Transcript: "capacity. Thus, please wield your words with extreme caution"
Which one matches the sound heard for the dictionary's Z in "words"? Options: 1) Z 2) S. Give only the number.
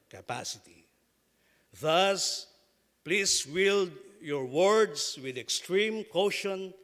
2